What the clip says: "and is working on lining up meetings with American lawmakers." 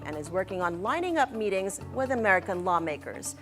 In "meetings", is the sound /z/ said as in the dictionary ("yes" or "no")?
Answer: yes